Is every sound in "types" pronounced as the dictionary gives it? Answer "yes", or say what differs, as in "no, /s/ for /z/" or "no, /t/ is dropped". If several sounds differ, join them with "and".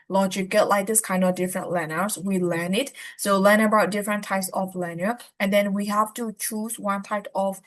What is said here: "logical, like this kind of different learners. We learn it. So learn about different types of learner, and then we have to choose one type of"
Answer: yes